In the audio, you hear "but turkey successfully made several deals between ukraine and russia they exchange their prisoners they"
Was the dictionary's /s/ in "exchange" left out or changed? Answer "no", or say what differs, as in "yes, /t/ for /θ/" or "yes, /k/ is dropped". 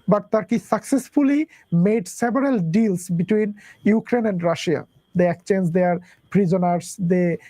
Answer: yes, /s/ is dropped